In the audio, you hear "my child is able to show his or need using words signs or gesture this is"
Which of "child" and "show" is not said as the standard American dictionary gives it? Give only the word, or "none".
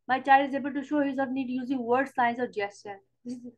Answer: none